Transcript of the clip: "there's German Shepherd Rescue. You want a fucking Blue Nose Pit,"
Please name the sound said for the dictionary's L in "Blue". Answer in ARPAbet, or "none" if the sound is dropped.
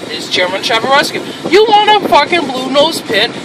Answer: L